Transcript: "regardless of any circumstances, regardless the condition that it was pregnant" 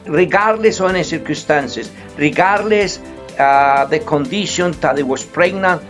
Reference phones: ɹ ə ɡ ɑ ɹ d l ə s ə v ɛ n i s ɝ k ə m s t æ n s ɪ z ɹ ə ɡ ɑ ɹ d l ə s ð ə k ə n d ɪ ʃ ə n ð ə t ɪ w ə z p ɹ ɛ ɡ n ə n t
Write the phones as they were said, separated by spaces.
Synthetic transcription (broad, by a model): ɹ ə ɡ ɑ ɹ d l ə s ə ɛ n i s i k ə s t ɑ n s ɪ s ɹ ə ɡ ɑ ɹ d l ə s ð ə k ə n d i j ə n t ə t ɪ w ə s p ɹ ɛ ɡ n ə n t